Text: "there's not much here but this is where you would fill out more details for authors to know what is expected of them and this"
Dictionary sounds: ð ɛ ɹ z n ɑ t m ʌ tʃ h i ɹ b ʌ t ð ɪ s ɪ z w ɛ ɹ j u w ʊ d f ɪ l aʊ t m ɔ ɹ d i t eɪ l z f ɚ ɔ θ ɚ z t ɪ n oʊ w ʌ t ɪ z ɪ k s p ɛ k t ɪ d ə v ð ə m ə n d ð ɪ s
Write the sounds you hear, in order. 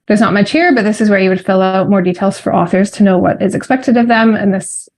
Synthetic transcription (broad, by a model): ð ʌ ɹ z n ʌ t m ʌ tʃ h i ɹ b ʌ t ð ɪ s ɪ z w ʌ ɹ j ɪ w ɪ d f ɪ l aʊ t m ɔ ɹ d i t eɪ l z f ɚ ɔ θ ɚ z t ɪ n oʊ w ʌ t ɪ z ɪ k s p ɛ k t ɪ d ə v ð ə m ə n ð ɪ s